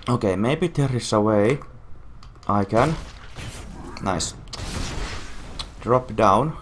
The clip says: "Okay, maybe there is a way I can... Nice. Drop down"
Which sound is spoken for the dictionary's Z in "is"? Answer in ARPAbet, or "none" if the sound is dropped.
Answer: S